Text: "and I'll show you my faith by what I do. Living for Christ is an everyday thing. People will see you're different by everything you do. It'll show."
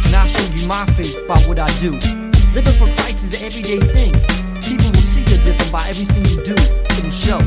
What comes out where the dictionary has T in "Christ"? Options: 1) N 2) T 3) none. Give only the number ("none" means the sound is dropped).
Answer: 3